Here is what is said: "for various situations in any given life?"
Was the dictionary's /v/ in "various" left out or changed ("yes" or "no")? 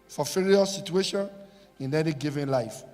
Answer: yes